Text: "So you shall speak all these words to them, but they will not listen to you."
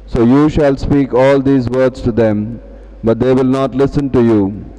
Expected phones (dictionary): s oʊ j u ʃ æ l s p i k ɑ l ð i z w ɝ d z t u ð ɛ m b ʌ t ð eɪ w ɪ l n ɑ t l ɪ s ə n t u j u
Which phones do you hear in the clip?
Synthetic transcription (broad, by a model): s oʊ j u ʃ æ l s p i k ɑ l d i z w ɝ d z t u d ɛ m b ʌ t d eɪ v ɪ l n ɑ t l ɪ s ə n t u j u